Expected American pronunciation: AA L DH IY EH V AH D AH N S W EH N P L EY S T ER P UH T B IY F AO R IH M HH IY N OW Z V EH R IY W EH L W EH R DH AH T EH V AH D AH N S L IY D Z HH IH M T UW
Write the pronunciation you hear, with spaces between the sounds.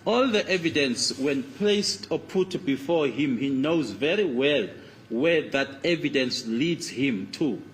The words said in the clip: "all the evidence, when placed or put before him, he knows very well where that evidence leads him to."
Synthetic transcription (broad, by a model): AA L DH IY EH V AH D AH N S W EH N P L EY S T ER P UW T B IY F AO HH IH M HH IY N OW Z V EH R IY W EH L W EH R DH AH T EH V AH D AH N S L IY D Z HH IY M T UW